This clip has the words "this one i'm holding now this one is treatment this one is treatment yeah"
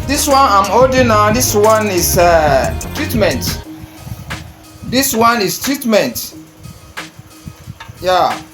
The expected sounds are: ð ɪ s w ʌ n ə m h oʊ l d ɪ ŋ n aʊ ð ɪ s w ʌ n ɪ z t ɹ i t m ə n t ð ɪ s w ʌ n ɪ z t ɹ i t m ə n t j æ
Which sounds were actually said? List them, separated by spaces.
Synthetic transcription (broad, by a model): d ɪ s w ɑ n ə m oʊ d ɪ n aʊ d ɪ s w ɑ n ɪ s t ɹ i t m ə n t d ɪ s w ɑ n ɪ s t ɹ i t m ə n t j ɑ